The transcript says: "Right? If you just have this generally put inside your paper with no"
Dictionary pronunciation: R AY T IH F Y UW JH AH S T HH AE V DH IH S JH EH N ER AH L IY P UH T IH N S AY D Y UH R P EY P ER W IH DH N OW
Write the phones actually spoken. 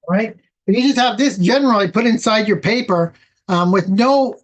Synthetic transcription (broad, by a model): R AY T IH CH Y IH JH AH S T HH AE V DH IH S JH EH N ER L IY P UH T IH N S AY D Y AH R P EY P ER W IH DH N OW